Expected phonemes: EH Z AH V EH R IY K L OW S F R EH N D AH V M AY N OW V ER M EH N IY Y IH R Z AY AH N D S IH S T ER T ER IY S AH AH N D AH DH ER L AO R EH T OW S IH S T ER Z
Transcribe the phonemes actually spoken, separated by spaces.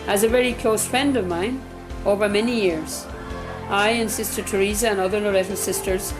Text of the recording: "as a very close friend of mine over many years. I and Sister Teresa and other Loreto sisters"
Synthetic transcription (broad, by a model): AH Z AH V EH R IY K L OW S F R EH N D AH V M AY N OW V ER M EH N IY Y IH R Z AY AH N S IH S T ER T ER IY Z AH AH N AH DH ER L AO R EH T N S IH S T ER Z